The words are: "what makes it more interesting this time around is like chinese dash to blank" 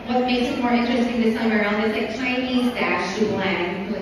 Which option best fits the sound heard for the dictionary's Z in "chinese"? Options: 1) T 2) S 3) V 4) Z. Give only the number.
4